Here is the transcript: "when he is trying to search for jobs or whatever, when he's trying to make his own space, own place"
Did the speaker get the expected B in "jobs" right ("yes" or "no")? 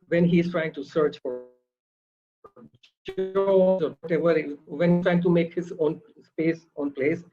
no